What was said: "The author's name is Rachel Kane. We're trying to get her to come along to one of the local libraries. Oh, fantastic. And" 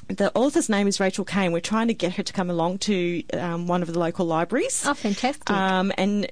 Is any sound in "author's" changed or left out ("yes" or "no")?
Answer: no